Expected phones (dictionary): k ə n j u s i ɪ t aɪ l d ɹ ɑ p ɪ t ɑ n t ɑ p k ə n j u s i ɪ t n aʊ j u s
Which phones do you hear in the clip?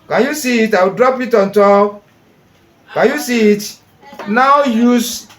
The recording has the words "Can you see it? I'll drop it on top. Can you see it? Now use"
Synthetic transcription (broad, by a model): k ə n j u s i ɪ t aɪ w d ɹ ɑ p ɪ t ɑ n t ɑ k k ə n j u s i ɪ t n aʊ j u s